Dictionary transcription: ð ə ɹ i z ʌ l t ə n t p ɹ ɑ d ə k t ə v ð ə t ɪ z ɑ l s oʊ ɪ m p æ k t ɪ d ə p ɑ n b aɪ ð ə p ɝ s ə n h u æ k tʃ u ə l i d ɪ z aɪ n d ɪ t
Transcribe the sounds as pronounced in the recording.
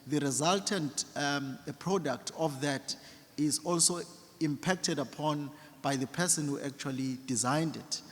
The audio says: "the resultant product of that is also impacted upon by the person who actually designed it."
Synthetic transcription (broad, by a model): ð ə ɹ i z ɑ l t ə n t p ɹ ɑ d ə k t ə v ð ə t ɪ z ɑ l s oʊ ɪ m p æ k t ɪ d ə p ɑ n b aɪ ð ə p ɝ s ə n h u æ k tʃ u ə l i d ɪ z aɪ n d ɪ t